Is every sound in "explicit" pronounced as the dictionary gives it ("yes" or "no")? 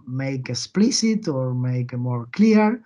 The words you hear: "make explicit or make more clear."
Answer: no